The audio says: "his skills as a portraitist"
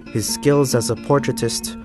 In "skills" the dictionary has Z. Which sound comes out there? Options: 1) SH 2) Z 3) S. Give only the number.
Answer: 2